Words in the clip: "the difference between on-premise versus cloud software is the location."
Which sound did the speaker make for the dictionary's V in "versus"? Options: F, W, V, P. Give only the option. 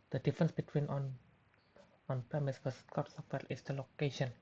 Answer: F